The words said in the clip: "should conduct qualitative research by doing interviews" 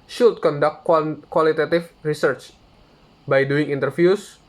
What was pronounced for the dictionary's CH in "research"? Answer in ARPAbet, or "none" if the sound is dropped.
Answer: CH